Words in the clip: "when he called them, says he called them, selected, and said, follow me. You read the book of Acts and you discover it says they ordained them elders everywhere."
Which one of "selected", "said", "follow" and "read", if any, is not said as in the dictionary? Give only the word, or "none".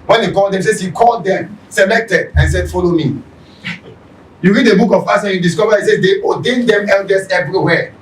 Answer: none